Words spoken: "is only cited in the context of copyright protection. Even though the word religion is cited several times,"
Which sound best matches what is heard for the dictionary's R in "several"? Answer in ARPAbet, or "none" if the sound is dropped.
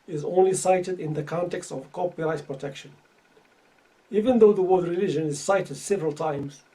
R